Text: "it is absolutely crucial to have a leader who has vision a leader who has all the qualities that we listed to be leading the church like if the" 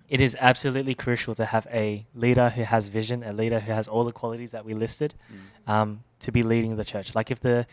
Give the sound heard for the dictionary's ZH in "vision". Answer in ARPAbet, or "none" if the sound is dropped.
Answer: ZH